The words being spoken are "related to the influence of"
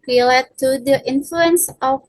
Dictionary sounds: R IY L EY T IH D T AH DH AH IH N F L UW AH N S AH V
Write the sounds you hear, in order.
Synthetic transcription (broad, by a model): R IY L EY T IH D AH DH IH N F L UW AH N S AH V